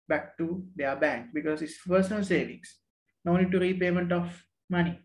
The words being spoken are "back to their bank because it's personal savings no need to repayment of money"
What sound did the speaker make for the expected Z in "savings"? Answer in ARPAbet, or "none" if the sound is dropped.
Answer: S